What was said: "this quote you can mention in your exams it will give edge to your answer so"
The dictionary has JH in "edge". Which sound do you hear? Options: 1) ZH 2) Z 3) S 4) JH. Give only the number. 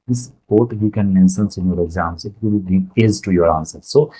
2